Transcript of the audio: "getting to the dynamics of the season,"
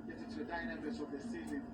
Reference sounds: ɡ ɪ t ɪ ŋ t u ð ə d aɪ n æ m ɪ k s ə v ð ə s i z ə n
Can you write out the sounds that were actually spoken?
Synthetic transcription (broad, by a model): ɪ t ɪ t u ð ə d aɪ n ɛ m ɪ s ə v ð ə s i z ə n